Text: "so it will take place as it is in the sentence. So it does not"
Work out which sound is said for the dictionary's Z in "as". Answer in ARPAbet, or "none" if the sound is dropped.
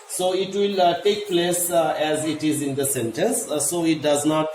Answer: Z